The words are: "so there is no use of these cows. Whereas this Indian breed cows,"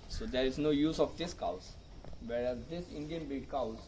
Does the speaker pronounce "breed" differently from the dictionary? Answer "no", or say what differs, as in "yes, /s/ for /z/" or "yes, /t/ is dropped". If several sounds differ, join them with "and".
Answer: yes, /ɹ/ is dropped